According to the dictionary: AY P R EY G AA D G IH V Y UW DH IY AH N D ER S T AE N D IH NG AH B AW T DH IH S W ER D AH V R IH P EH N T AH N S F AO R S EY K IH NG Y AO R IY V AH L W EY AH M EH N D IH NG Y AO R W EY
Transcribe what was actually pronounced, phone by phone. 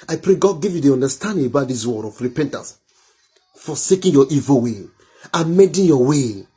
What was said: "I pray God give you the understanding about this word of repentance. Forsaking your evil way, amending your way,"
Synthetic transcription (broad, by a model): AY P R EY G AA D G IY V Y UW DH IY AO N D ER S T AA N D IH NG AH B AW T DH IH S W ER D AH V R IH P EH N T AH N S F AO S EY K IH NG Y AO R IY V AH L W EY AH M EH D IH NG Y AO W EY